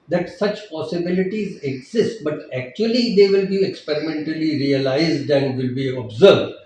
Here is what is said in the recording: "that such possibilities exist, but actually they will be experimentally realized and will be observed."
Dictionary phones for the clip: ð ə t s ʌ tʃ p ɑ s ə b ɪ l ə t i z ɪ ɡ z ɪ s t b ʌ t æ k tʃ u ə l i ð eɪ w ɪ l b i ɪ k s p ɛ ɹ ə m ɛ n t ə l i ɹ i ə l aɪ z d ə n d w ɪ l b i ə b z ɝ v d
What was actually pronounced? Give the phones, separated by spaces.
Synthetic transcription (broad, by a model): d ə t s ʌ tʃ p ɑ s ə b ɪ l ə t i z ɪ ɡ z ɪ s t b ʌ t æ k tʃ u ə l i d eɪ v ɪ l b i ɪ k s p ɛ ɹ ə m ɛ n t ə l i ɹ i ə l aɪ z d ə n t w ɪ l b i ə b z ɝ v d